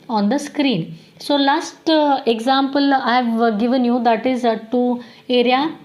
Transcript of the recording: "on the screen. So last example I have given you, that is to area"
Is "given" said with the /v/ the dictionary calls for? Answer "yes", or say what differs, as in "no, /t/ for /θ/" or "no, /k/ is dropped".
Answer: yes